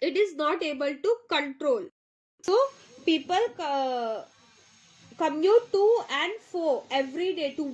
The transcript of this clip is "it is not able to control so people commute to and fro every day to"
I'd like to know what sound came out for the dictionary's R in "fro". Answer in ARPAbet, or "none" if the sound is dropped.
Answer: none